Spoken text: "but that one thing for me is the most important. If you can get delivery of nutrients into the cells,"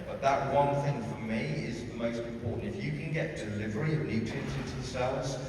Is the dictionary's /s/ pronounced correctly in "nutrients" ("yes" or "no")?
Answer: no